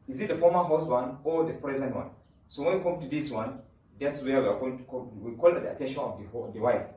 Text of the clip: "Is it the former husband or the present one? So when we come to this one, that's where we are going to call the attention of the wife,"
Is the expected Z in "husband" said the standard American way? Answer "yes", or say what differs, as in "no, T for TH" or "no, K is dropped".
no, S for Z